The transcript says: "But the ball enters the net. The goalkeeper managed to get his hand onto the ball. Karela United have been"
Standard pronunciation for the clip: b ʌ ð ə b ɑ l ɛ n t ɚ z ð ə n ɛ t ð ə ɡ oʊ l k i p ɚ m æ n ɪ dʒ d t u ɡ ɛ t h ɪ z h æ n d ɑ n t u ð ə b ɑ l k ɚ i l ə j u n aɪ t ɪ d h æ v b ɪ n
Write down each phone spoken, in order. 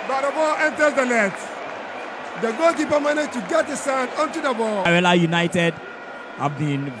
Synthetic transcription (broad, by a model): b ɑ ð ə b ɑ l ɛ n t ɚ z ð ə l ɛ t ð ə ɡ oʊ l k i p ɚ m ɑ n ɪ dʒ t u ɡ ɛ t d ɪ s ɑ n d ɑ n t u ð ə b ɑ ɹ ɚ l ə j u n aɪ t ɪ d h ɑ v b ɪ n